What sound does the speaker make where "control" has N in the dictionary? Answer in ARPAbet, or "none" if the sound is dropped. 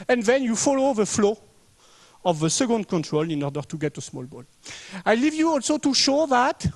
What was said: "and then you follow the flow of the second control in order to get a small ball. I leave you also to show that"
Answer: N